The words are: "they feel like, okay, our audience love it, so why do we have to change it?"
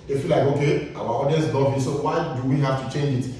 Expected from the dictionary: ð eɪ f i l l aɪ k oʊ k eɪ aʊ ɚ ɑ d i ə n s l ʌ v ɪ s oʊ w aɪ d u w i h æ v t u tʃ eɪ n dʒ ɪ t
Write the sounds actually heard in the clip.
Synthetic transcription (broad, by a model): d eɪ f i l l aɪ k oʊ k eɪ aʊ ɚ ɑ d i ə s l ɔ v ɪ s oʊ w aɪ d u w i h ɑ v t u tʃ eɪ n dʒ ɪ t